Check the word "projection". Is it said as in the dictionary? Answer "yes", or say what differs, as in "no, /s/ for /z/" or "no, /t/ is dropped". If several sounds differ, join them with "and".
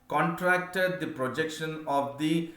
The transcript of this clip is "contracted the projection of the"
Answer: yes